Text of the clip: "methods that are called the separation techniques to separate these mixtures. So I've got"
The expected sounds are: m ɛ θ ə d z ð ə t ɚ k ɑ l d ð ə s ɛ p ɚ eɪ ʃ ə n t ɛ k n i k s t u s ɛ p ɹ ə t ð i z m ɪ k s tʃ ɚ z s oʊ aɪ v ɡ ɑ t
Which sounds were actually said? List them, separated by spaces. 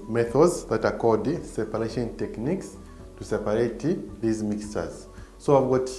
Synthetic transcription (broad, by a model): m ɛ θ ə d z ð ə t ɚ k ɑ d s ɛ p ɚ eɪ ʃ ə n t ɛ k n i k s t u s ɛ p ɹ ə t ð i z m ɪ k s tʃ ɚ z s oʊ aɪ v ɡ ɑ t